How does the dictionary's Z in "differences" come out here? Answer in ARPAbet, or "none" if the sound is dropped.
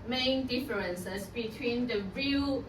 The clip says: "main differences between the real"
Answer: S